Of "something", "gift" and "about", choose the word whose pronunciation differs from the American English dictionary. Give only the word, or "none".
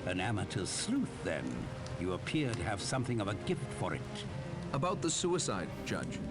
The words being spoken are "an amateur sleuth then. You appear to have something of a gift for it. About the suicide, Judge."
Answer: none